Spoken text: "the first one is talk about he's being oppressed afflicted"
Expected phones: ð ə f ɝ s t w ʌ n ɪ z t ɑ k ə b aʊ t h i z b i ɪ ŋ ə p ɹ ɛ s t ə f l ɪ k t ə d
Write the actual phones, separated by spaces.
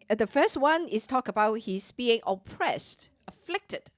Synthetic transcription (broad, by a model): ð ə f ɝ s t w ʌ n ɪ s t ɑ k ə b aʊ t h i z b i ɪ ŋ ə p ɹ ɛ s t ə f l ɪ k t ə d